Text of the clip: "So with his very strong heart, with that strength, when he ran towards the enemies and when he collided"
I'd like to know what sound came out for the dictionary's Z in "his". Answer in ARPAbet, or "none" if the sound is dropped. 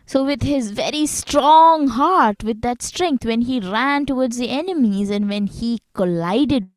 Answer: Z